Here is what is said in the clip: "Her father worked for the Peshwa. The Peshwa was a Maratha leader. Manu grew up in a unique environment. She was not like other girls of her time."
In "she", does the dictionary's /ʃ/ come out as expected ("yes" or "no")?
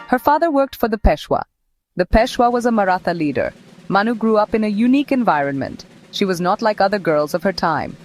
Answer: yes